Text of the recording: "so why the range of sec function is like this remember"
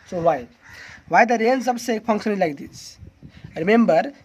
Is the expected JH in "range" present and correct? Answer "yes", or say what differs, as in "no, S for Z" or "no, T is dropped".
no, Z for JH